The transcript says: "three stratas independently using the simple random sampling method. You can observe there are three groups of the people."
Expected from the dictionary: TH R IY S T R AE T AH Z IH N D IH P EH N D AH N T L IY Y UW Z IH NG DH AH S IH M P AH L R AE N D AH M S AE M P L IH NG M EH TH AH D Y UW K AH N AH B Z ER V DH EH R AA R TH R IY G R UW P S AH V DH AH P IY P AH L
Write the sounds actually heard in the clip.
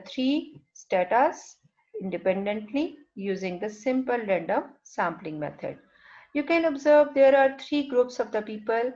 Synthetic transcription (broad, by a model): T R IY S T AE T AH S IH N D IH P EH N D AH N T L IY Y UW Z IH NG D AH S IH M P AH L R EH N D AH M S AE M P L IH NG M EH T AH D Y UW K AH N AH B Z ER V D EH R AA R T R IY G R UW P S AH V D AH P IY P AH L